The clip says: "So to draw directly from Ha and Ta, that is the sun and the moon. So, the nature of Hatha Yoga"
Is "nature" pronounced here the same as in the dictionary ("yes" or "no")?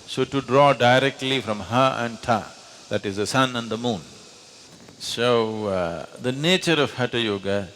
yes